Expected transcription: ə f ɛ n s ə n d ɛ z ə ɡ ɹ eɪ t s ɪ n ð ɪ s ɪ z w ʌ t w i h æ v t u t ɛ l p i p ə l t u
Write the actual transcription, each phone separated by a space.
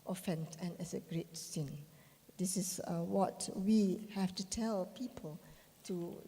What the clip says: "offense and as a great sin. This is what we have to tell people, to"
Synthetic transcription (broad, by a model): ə f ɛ n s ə n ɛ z ə ɡ ɹ eɪ t s ɪ n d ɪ s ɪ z w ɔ t w i h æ f t u t ɛ l p i p ə l t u